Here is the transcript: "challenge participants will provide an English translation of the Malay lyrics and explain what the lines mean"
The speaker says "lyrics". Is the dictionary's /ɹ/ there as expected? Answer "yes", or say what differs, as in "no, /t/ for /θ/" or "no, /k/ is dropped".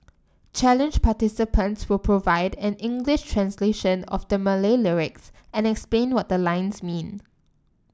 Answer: yes